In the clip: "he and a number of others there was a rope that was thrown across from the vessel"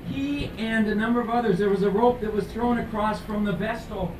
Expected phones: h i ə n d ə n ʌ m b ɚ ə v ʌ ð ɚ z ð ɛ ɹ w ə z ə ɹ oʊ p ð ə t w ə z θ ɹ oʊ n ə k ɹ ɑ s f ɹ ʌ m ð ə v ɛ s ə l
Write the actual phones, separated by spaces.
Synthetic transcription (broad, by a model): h i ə n ə n ʌ m b ɚ ə v ʌ ð ɚ z ð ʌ ɹ w ə z ə ɹ oʊ p ð ə t w ə z θ ɹ oʊ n ə k ɹ ɑ s f ɹ ʌ m ð ə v ɛ s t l